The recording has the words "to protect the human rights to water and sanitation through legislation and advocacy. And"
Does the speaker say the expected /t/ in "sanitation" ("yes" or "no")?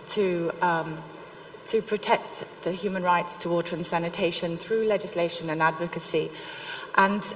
yes